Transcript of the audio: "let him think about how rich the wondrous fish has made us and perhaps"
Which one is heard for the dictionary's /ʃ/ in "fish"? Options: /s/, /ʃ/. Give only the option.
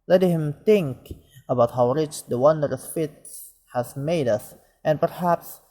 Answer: /s/